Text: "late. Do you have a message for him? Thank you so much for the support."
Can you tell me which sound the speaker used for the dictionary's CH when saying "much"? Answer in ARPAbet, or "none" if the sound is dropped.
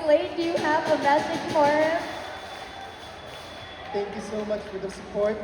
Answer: CH